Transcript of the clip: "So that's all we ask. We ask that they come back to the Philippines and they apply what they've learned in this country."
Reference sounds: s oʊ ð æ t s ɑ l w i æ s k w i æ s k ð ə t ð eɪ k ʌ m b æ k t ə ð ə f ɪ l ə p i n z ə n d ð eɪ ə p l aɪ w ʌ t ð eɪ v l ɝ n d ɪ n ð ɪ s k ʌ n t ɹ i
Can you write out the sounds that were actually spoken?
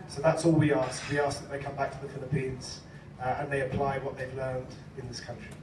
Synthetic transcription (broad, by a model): s oʊ ð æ t s ɑ l w i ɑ s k w i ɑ s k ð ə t ð eɪ k ʌ m b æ k t ə ð ə f ɪ l ə p i n z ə n ð eɪ ə p l aɪ w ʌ t ð eɪ v l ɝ n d ɪ n ð ɪ s k ʌ n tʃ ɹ i